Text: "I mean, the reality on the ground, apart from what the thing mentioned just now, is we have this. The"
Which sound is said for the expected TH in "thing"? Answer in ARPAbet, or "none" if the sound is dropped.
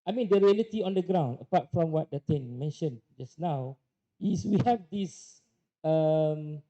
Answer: T